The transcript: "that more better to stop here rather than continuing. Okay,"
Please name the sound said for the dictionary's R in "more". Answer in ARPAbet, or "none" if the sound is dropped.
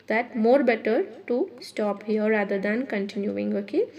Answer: R